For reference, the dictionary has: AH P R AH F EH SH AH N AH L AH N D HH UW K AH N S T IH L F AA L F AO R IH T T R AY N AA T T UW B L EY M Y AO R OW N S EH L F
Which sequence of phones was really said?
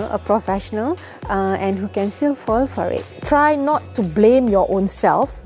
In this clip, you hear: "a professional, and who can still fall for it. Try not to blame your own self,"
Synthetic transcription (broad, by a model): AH P R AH F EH SH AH N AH L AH N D HH UW K AH N S T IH L F AA L F AO R IH T T R AY N AA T T UW B L EY M Y AO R OW N S EH L F